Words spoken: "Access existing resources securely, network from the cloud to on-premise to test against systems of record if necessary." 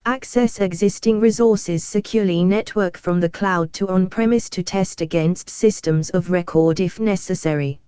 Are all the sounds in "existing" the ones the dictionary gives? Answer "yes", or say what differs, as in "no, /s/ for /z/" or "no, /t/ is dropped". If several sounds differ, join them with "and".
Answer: yes